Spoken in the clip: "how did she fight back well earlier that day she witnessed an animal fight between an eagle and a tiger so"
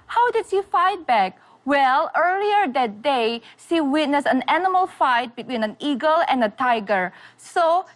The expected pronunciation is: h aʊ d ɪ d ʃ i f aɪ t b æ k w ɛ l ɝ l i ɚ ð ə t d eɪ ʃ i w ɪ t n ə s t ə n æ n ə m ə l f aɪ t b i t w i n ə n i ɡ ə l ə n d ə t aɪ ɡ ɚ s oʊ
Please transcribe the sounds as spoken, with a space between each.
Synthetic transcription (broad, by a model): h aʊ d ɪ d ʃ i f aɪ t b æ k w ɛ l ɝ l i ɚ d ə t d eɪ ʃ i w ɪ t n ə s ə n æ n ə m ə l f aɪ t b i t w i n ə n i ɡ ə l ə n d ə t aɪ ɡ ɚ s oʊ